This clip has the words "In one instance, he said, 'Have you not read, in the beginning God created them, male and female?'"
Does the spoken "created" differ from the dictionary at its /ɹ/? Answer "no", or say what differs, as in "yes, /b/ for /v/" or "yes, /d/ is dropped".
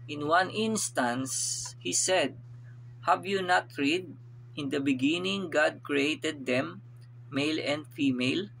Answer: no